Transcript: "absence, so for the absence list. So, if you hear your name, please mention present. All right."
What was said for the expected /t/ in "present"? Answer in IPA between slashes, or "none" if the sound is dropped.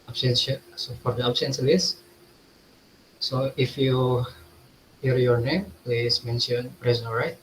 none